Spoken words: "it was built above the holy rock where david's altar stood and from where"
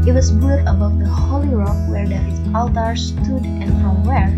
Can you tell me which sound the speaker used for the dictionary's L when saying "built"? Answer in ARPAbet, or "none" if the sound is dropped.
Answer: none